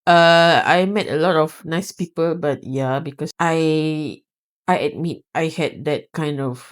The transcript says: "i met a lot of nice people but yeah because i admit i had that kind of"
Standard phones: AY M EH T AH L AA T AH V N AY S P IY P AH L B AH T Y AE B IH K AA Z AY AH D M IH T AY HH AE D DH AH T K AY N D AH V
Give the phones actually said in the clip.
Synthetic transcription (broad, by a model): AY M EH T AH L AA T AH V N AY S P IY P AH L B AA T Y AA B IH K AA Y AY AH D M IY T AY HH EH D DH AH T K AY N D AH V